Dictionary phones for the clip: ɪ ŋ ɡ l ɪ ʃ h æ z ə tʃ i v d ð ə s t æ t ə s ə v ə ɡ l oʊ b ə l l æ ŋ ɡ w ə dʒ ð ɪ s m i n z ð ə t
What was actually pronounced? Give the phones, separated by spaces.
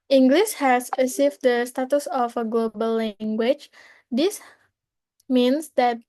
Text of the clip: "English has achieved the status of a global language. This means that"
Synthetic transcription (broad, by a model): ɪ ŋ ɡ l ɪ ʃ h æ s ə s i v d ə s t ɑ t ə s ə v ə ɡ l oʊ b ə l l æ ŋ ɡ w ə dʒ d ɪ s m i n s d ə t